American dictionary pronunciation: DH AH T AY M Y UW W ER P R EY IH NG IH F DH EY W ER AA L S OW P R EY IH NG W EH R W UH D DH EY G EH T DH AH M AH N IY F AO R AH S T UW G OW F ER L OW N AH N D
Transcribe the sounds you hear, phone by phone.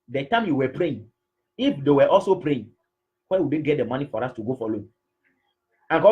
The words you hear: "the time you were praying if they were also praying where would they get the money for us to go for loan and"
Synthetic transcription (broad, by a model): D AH T AY M Y UW W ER P R EY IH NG IH F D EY W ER AA L S OW P R EY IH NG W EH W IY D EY G EH T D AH M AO N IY F AO R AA S T UW G OW F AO L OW AH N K